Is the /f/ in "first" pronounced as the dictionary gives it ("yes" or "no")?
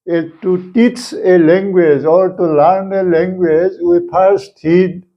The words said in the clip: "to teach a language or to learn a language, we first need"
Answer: no